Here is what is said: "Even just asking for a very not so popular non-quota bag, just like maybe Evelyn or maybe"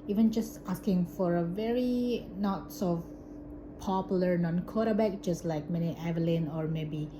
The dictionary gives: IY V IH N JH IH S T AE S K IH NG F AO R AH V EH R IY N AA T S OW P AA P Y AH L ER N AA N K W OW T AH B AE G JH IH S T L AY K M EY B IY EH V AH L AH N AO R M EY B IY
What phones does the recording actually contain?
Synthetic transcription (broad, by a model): IY V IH N JH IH S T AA S K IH NG F AO R AH V EH R IY N AA T S OW P AA P Y AH L ER N AA N K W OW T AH B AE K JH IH S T L AY K M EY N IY EH V AH L AH N AO R M EY B IY